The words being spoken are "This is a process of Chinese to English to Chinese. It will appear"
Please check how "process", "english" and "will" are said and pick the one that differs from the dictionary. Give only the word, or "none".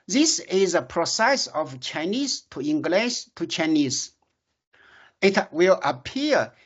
english